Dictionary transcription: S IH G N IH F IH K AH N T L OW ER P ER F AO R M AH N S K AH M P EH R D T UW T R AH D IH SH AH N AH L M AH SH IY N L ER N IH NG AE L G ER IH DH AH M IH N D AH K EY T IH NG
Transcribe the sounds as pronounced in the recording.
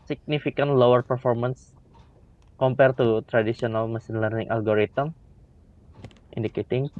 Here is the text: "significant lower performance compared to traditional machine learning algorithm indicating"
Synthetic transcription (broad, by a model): S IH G N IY F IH K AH N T L OW ER P ER F AO R M AH N S K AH M P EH R T UW T R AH D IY S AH N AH L M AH S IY N L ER N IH NG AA L G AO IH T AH M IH N D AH K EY T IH NG